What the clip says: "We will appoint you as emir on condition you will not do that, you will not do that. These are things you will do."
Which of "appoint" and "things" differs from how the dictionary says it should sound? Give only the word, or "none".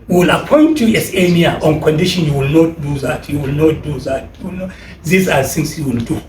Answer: things